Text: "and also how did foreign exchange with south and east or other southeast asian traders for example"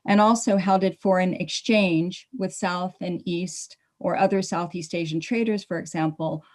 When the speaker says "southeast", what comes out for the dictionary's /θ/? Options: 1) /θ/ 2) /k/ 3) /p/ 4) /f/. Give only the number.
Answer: 1